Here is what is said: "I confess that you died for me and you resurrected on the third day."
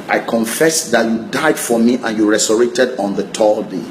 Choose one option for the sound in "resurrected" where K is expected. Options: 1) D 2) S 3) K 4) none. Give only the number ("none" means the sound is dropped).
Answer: 4